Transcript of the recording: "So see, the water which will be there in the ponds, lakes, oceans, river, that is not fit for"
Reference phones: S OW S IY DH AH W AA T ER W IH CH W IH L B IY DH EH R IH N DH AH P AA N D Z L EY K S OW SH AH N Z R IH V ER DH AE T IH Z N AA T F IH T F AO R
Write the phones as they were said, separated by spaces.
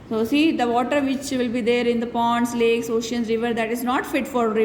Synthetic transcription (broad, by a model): S OW S IY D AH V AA T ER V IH CH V IH L B IY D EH R IH N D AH P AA N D S L EY K S OW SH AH N R IH V ER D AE T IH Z N AA T F IH T F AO R